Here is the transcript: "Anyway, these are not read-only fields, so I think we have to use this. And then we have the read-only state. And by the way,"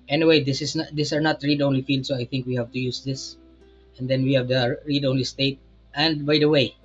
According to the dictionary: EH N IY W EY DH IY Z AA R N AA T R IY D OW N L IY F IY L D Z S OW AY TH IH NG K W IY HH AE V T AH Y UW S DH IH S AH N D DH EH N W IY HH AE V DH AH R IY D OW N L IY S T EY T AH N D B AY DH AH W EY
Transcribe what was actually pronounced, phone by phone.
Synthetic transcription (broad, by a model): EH N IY W EY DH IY S AA R N AA T R IY D OW N L IY F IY L D S OW AY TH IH NG K W IY HH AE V T AH Y UW S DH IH S AH N D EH N W IY HH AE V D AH R IY D OW N L IY S T EY T AH N D B AY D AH W EY